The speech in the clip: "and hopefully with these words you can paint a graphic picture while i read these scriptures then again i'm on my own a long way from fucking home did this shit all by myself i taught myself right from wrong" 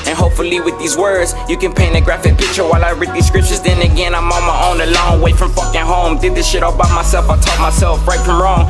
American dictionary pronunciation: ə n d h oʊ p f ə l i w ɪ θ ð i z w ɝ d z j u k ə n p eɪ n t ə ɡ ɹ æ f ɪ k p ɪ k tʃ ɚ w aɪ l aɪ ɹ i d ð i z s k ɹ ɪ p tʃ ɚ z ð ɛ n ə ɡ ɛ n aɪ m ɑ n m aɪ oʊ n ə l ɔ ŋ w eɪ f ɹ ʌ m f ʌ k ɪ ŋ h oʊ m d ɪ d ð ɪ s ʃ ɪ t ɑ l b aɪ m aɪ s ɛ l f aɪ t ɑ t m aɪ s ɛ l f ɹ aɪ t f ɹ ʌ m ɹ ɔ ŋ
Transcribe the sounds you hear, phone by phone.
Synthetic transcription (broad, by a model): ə n h oʊ p f l i w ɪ ð i z w ɝ d z j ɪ k ə n p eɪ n ə ɡ ɹ æ f ɪ k p ɪ k tʃ ɚ w aɪ l aɪ ɹ i d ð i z s k ɹ ɪ p tʃ ɚ z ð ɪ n ə ɡ ɛ n aɪ m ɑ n m aɪ oʊ n ə l ɔ ŋ w eɪ f ɹ ʌ m f ʌ k ɪ ŋ h oʊ m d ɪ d ð ɪ s ʃ ɪ t ɑ l b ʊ m aɪ s ɛ l f aɪ t ɑ t m aɪ s ɛ l f ɹ aɪ t f ɹ ʌ m ɹ ɔ ŋ